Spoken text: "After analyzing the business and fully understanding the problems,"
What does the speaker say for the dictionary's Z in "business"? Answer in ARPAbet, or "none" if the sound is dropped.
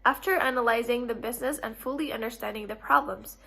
Z